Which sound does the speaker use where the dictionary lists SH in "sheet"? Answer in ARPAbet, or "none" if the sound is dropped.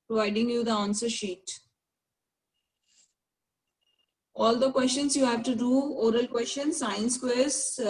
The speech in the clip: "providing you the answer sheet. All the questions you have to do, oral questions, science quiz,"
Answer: SH